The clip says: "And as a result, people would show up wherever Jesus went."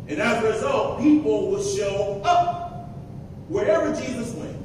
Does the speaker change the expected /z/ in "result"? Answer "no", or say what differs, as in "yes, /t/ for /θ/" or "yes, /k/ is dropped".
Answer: no